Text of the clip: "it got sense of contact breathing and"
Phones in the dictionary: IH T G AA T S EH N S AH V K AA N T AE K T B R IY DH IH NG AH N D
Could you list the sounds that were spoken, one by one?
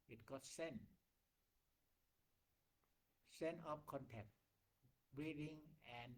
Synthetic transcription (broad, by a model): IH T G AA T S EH N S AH P K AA N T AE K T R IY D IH NG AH N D